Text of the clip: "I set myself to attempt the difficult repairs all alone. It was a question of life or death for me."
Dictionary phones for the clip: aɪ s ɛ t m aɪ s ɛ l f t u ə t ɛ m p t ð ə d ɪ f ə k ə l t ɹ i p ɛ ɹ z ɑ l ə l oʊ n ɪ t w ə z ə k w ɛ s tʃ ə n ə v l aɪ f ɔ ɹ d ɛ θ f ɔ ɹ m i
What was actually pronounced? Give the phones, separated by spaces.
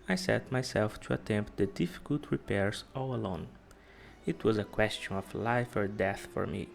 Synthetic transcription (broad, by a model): aɪ s ɛ t m aɪ s ɛ l f t u ə t ɛ m p t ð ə d ɪ f ə k ə l t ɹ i p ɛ ɹ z ɑ l ə l oʊ n ɪ t w ə z ə k w ɛ s tʃ ə n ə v l aɪ f ɔ ɹ d ɛ θ f ɔ ɹ m i